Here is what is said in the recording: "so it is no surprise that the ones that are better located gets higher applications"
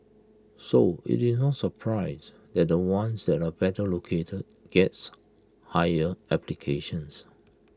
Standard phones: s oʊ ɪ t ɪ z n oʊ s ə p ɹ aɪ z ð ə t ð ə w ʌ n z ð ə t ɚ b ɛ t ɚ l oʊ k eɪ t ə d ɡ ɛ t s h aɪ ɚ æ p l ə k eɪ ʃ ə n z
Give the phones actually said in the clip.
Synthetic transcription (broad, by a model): s oʊ ɪ t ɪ s n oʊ s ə p ɹ aɪ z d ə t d ə w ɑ n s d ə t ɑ b ɛ t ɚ l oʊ k eɪ t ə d ɡ ɛ t s h aɪ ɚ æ p l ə k eɪ ʃ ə n s